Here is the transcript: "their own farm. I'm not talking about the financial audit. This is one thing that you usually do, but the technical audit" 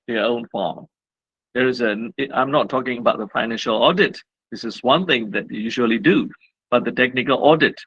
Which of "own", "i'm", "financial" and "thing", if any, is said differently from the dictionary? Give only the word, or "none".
none